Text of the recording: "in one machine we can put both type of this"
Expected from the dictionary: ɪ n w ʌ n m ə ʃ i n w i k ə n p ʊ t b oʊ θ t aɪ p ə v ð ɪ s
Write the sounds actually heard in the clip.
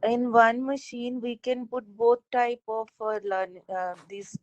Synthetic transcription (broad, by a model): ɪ n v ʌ n m ə ʃ i n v i k ə n p ʊ t b oʊ t t aɪ p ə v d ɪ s